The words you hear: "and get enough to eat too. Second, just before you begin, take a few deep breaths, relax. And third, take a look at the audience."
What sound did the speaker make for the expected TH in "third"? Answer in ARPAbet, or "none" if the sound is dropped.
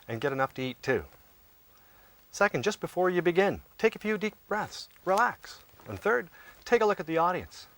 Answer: TH